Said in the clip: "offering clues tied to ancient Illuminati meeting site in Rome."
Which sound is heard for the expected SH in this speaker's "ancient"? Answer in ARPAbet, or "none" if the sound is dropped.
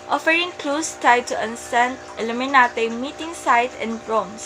S